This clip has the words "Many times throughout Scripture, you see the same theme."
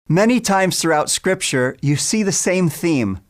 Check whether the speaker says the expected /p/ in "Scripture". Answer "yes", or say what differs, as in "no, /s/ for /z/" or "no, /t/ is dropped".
yes